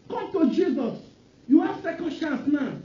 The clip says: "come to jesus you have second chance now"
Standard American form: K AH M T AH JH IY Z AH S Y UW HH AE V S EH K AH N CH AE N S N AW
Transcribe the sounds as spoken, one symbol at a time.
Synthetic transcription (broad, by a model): K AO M T AH JH IY Z AH S Y UW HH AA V S EH K AH N SH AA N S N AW